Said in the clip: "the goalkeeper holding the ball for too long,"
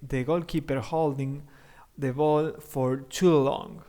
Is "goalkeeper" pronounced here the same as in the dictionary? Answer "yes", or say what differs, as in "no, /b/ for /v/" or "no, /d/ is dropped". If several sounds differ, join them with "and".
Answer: yes